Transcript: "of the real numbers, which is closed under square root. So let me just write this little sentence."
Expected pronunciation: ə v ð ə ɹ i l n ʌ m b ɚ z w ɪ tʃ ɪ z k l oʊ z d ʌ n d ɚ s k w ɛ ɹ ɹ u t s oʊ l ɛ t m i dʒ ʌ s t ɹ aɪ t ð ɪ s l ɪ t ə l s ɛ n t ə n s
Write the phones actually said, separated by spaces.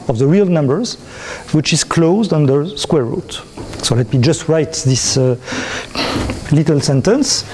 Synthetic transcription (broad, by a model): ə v ð ə ɹ i l n ʌ m b ɚ z w ɪ tʃ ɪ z k l oʊ z d ʌ n d ɚ s k w ɛ ɹ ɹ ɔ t s oʊ l ɛ t m i dʒ ʌ s t ɹ aɪ t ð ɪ s l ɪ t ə l s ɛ n t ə n s